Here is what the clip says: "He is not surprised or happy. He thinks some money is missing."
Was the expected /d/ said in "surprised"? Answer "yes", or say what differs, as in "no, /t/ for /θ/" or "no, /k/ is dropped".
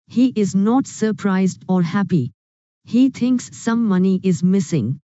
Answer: yes